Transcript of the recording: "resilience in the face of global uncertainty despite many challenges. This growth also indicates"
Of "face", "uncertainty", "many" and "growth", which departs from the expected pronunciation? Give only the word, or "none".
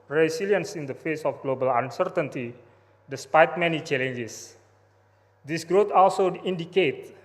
growth